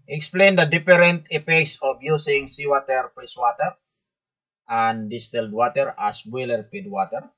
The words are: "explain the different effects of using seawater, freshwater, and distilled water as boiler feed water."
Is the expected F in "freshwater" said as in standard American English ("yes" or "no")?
no